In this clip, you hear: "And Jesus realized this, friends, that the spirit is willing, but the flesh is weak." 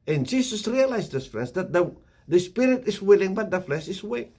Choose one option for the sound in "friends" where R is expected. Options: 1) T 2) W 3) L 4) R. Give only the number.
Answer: 3